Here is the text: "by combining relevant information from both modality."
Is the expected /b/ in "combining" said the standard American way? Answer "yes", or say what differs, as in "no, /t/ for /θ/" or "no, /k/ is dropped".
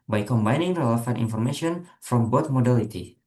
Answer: yes